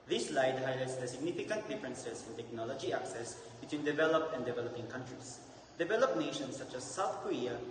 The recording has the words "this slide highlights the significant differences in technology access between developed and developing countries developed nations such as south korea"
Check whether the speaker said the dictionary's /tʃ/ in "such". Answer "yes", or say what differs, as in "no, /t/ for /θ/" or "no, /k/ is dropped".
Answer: yes